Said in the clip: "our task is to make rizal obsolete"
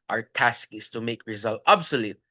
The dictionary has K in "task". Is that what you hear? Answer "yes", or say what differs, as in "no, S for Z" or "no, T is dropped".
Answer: yes